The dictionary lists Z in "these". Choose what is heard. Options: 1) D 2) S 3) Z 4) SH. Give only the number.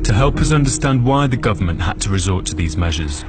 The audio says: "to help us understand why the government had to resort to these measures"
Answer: 3